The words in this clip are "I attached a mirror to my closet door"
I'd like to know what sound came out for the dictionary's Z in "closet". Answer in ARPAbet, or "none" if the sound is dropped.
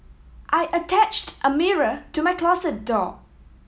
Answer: S